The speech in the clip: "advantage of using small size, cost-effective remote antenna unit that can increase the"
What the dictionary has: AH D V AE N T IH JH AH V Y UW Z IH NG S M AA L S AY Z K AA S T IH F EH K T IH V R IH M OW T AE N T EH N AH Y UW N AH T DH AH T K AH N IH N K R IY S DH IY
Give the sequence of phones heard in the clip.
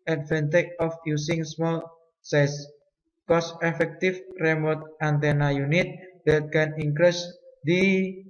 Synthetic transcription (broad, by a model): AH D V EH N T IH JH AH F Y UW S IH NG S M AA L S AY S K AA S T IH F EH K T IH F R IH M OW T AE N T EH N AH Y UW N AH T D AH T K AH N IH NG K R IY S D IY